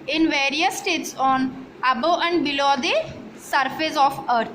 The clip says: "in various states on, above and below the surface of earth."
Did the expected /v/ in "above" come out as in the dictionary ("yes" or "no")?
no